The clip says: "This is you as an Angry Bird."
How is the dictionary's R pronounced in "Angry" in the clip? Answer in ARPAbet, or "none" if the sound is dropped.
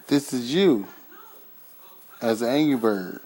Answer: none